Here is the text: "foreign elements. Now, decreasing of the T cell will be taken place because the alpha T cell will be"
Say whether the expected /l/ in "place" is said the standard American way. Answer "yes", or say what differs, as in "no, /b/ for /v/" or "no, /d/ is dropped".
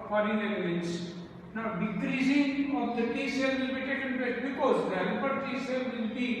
no, /l/ is dropped